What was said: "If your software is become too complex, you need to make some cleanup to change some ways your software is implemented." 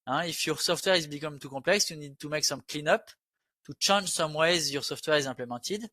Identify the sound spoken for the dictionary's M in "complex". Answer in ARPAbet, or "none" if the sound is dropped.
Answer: none